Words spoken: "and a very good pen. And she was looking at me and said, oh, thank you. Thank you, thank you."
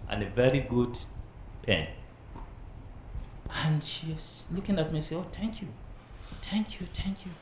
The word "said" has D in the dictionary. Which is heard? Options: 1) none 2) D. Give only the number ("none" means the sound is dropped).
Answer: 1